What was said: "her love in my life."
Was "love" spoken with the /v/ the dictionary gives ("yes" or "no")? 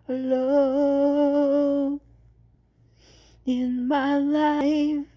no